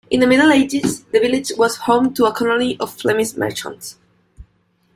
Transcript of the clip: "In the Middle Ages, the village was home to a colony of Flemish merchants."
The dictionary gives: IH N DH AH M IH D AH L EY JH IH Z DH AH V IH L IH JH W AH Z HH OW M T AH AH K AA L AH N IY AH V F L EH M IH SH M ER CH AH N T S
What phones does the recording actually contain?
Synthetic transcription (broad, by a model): IH N DH AH M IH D L EY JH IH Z DH AH V IH L IH JH W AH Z HH OW M T AH AH K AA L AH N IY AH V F L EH M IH S M ER CH AH N T S